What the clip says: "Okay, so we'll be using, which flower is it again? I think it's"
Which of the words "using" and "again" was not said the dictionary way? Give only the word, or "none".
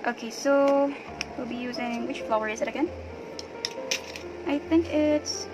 none